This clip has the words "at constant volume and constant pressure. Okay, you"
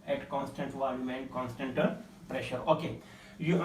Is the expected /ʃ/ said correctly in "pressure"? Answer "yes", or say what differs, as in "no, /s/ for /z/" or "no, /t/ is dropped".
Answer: yes